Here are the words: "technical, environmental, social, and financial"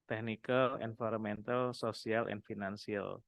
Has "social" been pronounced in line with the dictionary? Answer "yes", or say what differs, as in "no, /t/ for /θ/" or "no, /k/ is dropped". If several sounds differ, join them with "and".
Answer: no, /s/ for /ʃ/